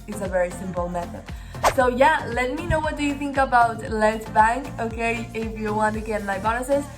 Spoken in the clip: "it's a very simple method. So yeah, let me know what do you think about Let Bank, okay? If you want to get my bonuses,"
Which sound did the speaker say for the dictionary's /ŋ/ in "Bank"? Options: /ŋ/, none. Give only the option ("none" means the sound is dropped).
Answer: /ŋ/